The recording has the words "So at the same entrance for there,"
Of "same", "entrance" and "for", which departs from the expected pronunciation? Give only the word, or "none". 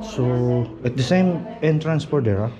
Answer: for